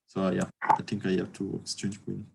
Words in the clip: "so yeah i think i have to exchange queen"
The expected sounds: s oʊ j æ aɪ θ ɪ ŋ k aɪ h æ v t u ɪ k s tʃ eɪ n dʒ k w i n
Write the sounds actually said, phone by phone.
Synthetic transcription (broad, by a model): s oʊ j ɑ aɪ t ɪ ŋ k aɪ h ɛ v t u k s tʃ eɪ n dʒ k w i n